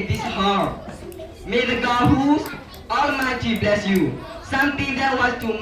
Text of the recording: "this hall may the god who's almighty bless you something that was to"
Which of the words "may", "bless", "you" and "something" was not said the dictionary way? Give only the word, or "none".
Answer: something